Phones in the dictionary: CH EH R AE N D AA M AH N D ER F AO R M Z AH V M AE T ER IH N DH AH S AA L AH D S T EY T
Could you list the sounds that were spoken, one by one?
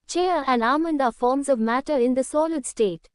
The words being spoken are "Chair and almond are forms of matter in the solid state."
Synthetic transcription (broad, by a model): CH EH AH AE N D AA M AH N D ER F AO R M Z AH V M AE T ER IH N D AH S AA L AH D S T EY T